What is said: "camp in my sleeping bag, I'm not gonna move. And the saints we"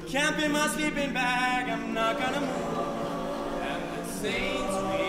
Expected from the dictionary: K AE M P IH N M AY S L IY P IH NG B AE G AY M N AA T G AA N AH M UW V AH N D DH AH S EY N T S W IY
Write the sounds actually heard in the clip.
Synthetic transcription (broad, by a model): K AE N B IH M AY S L IY P IH NG B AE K AY M N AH T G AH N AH M UW V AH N DH AH S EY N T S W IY